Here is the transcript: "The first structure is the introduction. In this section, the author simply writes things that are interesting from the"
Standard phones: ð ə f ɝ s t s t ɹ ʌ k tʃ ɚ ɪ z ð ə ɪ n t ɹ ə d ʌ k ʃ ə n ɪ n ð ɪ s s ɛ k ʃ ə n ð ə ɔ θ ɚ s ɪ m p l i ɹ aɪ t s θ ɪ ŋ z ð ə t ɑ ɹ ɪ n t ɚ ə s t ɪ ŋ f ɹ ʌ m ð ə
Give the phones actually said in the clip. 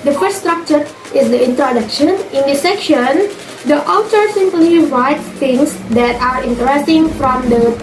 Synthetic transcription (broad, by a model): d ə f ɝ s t s t ɹ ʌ k tʃ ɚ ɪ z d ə ɪ n t ɹ ə d ʌ k ʃ ə n ɪ n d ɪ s s ɛ k ʃ ə n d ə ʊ t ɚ s ɪ m p l i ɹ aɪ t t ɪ ŋ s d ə t ɑ ɹ ɪ n t ɚ ə s t ɪ ŋ f ɹ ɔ m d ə